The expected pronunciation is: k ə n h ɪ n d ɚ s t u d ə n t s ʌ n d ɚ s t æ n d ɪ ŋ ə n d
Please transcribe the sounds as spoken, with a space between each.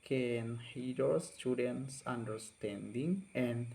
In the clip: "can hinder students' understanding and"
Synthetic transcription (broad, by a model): k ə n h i d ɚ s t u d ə n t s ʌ n d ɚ s t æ n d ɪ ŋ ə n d